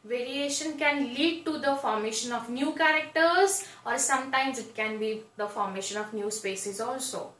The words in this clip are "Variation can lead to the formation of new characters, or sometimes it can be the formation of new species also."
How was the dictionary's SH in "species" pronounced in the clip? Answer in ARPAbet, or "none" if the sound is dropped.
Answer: S